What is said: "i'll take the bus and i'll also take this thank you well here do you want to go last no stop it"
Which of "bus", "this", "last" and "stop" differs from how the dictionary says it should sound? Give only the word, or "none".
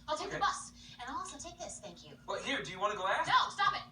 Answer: last